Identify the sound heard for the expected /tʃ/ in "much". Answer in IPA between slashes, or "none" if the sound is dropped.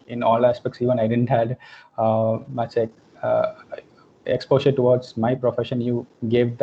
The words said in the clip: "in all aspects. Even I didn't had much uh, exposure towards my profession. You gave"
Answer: /s/